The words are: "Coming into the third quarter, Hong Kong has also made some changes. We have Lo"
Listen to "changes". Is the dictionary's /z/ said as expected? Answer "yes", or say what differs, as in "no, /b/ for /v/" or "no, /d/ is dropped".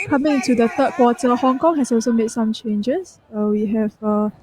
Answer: no, /s/ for /z/